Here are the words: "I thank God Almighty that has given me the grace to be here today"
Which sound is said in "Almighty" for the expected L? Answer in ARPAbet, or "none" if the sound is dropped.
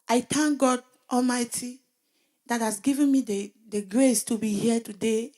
L